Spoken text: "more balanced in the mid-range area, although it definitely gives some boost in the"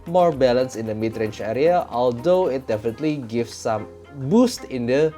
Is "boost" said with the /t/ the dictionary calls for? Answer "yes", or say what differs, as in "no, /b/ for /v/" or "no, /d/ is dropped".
yes